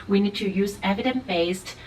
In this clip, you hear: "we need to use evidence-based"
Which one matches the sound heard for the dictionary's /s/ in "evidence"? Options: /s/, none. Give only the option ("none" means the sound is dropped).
none